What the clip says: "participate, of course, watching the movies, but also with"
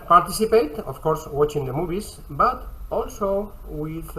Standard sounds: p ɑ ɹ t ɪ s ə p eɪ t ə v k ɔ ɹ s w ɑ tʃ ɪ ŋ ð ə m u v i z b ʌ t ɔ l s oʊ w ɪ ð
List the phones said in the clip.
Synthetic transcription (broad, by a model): p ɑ ɹ t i s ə p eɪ t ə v k ɔ ɹ s w ɑ tʃ ɪ ŋ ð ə m u b i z b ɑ t ɔ l s oʊ w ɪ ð